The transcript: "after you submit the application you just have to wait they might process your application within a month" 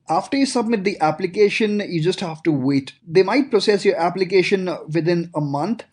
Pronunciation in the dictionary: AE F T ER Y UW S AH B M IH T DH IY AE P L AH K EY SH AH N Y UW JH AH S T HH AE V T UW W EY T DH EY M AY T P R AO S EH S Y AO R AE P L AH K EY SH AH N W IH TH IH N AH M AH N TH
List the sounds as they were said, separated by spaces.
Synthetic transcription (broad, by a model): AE F T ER Y UW S AH B M IH T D IY AE P L AH K EY SH AH N Y UW JH AH S T HH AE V T UW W EY T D EY M AY T P R AO S EH S Y AO R AE P L AH K EY SH AH N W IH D IH N AH M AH N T